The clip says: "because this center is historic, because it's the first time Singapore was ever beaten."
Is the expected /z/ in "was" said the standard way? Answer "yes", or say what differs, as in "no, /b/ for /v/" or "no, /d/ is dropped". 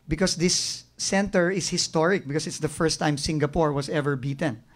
no, /s/ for /z/